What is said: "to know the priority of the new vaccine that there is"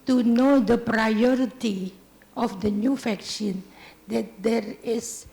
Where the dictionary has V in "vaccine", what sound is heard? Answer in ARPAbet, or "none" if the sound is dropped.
F